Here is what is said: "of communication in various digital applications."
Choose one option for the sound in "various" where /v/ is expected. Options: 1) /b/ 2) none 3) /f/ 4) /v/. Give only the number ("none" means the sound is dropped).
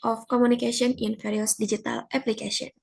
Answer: 3